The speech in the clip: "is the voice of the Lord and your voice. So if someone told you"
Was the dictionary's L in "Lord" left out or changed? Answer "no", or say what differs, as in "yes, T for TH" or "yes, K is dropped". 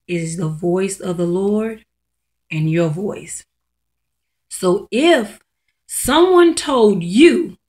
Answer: no